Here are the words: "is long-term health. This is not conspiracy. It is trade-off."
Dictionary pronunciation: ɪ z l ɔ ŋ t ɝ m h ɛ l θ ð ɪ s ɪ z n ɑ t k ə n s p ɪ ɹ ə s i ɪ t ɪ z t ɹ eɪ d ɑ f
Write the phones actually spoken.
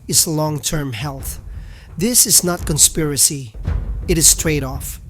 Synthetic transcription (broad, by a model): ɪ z l ɔ ŋ t ɝ m h ɛ l θ ð ɪ s ɪ z n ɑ t k ə n s p ɪ ɹ ə s i ɪ t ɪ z t ɹ eɪ d ɑ f